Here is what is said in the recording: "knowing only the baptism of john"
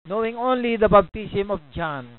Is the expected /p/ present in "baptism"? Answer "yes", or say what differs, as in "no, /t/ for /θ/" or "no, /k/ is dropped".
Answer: no, /b/ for /p/